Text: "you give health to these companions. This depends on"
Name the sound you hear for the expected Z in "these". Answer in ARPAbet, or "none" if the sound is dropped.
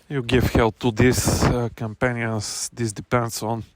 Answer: S